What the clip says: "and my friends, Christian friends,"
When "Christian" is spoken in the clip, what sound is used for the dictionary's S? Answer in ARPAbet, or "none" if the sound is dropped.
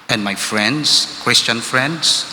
S